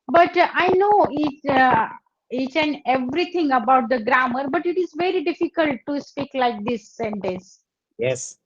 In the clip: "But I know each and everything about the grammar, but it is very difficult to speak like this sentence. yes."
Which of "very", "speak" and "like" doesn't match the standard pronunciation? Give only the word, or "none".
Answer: none